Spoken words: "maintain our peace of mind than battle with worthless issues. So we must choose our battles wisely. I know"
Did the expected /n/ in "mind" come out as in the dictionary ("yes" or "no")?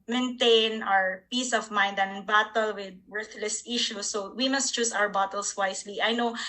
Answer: yes